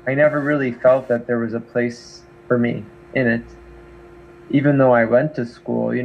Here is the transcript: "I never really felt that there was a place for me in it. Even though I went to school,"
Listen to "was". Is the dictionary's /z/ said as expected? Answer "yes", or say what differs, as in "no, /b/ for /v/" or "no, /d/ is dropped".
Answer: yes